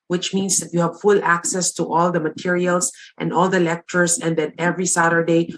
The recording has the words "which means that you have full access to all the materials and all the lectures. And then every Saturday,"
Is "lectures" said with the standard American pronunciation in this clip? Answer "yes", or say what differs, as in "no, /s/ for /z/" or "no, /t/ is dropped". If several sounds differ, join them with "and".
no, /s/ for /z/